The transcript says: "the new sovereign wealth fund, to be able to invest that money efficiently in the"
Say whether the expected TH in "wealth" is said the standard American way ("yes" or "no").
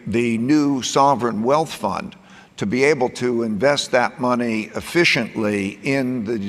yes